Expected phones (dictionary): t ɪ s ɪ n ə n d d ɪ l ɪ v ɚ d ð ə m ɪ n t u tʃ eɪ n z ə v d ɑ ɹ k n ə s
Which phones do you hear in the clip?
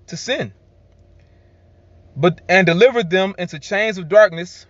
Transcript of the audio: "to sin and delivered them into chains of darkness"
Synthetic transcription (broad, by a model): t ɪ s ɪ n ə n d d ɪ l ɪ v ɚ d ð ə m ɪ n t u tʃ eɪ n z ə v d ɑ ɹ k n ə s